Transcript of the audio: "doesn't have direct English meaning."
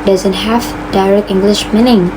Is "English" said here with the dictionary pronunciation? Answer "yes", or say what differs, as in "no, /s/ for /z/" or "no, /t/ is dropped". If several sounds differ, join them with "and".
yes